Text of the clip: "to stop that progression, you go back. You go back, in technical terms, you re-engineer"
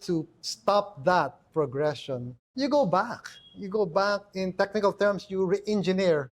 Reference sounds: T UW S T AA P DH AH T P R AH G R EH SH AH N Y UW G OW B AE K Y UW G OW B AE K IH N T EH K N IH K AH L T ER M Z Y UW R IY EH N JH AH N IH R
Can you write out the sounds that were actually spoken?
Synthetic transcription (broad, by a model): T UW S T AA P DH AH T P R AH G R EH SH AH N Y UW G OW B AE K Y UW G OW B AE K IH N T EH K N IH K AH L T ER M S Y UW R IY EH N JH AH N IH R